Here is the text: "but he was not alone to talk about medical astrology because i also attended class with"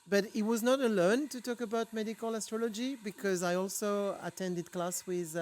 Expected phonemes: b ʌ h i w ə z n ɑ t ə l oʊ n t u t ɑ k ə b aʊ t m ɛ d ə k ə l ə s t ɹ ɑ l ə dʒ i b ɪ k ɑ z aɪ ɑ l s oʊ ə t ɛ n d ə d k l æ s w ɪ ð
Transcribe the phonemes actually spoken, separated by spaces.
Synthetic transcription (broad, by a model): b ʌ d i w ə z n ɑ t ə l oʊ n t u t ɑ k ə b aʊ t m ɛ d ə k ə l ə s t ɹ ɑ l ə dʒ i b ɪ k ɑ z aɪ ɑ l s oʊ ə t ɛ n d ə d k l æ s w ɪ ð